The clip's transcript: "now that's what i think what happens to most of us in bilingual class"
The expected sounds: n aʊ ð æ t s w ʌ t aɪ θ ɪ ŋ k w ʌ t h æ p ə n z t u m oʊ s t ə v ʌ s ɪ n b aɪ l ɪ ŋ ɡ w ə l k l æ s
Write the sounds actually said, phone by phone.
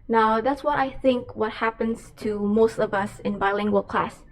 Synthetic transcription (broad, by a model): n aʊ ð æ t s w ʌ t aɪ θ ɪ ŋ k w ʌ t h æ p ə n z t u m oʊ s t ə v ʌ s ɪ n b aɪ l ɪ ŋ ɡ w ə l k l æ s